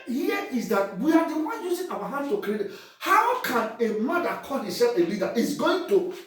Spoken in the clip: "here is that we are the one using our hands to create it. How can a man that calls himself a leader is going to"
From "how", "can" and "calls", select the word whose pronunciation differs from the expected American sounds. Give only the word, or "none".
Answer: calls